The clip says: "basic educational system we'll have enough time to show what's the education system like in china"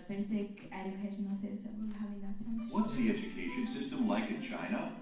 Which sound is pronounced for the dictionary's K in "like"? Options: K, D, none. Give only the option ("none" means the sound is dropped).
K